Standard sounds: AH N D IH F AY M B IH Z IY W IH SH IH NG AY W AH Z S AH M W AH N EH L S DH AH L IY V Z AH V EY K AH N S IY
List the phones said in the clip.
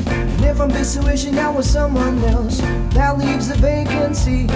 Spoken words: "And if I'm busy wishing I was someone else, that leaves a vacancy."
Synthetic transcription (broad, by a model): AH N IH F AY M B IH S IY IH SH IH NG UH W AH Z S AH M W AH N EH L S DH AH L IY V Z AH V EY K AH N S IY